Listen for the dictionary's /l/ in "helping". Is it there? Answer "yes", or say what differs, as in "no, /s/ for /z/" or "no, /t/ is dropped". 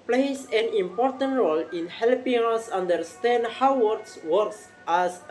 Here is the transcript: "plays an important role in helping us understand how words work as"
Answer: yes